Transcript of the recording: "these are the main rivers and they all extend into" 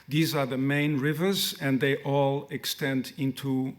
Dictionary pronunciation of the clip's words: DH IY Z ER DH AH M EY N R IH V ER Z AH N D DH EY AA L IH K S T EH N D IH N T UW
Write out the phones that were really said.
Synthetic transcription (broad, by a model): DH IY Z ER DH AH M EY N R IH V ER Z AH N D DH EY AA L IH K S T EH N D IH N T UW